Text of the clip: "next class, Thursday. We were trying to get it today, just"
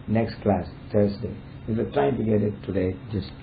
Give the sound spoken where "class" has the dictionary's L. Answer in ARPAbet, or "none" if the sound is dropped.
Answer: L